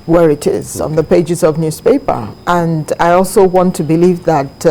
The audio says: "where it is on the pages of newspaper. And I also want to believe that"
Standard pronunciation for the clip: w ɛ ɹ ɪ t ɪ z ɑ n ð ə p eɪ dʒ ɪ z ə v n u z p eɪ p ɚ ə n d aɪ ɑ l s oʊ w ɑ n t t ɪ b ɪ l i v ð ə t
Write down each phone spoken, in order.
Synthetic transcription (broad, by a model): w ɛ ɹ ɪ t ɪ z n ð ə p eɪ dʒ ɪ z ə v n u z p eɪ p ɚ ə n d aɪ ɑ l s oʊ w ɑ n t t ɪ b ɪ l i v ð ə t